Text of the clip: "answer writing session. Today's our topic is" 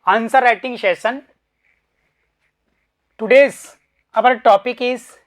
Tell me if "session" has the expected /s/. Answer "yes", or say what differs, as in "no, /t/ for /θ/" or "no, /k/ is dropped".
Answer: no, /ʃ/ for /s/